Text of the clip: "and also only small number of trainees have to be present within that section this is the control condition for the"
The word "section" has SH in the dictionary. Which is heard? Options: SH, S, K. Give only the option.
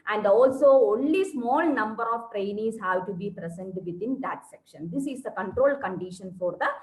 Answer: SH